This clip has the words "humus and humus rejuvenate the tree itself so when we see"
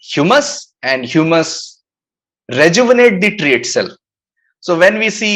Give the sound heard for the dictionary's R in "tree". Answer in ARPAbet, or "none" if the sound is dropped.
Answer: R